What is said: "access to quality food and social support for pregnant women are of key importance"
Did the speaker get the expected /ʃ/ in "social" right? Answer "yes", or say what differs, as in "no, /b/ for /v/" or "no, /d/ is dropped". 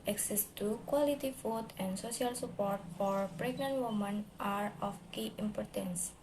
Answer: no, /s/ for /ʃ/